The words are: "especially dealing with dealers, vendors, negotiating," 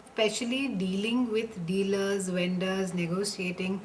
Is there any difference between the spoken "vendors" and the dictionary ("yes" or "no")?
no